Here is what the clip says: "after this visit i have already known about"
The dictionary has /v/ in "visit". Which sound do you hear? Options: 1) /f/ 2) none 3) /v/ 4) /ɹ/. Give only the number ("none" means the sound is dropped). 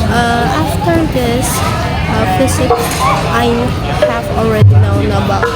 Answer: 1